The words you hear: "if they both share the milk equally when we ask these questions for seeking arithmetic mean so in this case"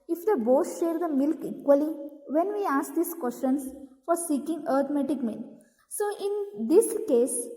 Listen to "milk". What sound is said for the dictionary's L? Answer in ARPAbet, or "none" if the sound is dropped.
L